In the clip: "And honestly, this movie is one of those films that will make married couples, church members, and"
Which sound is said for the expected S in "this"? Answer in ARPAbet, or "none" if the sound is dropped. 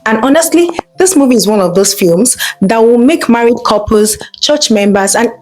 S